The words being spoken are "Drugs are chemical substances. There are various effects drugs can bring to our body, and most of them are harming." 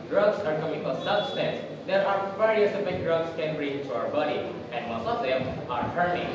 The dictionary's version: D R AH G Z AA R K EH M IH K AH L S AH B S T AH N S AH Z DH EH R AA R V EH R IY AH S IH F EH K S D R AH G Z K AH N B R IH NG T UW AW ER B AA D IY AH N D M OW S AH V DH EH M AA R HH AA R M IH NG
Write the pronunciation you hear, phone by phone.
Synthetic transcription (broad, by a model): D R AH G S AA R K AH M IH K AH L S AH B S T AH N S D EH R AA R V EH R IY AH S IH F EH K D R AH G S K AH N B R IH NG T UW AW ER B AA D IY AH N D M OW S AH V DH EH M AA R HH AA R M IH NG